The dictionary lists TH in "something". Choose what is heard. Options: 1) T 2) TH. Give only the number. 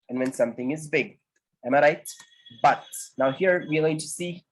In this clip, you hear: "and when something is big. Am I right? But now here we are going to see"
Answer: 2